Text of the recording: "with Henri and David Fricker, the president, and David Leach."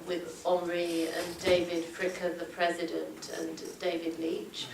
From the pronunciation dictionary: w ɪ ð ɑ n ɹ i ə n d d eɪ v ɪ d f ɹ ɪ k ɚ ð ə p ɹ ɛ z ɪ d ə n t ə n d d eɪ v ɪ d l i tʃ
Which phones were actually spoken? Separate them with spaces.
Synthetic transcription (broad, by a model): w ɪ ð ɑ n ɹ i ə n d d eɪ v ɪ d f ɹ ɪ k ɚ ð ə p ɹ ɛ z ɪ d ə n t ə n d d eɪ v ɪ d l i tʃ